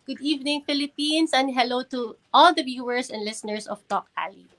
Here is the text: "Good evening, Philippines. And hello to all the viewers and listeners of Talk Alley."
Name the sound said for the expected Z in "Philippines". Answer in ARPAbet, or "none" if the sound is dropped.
S